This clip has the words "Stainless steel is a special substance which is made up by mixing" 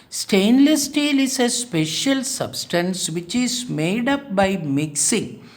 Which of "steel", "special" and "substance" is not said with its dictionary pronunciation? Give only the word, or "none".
none